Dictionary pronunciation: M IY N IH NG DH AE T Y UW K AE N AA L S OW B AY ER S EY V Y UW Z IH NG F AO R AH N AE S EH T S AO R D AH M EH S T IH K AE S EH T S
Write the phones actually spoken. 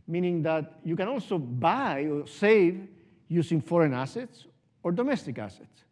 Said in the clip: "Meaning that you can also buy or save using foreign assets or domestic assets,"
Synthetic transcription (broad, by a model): M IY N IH NG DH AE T Y UW K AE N AA L S OW B AY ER S EY V Y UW S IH NG F AO R AH N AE S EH T S AO R D AH M EH S T IH K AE S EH T S